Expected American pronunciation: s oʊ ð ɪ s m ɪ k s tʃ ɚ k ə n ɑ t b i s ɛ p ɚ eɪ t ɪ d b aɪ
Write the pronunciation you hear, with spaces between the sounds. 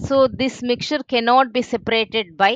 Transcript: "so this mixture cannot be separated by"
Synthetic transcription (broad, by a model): s oʊ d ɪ s m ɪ k tʃ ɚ k ə n ɑ t b i s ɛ p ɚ eɪ t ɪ d b aɪ